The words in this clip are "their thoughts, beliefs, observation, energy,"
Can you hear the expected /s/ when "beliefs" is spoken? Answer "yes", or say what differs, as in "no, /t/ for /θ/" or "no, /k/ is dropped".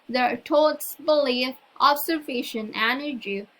no, /s/ is dropped